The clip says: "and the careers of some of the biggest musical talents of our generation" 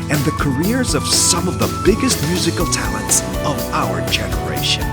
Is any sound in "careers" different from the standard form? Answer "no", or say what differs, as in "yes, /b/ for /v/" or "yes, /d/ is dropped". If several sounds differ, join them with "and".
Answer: no